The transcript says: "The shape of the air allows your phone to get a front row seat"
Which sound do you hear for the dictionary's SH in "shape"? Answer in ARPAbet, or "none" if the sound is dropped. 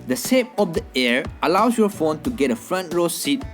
S